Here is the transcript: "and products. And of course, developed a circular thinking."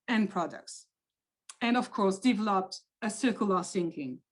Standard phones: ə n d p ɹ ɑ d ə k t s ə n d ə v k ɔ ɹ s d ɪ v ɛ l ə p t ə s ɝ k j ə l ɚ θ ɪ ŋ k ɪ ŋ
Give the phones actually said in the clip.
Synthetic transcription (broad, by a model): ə n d p ɹ ɑ d ə k t s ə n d ə v k ɔ ɹ s d ɪ v ɛ l ə p t ə s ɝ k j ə l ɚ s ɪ ŋ k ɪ ŋ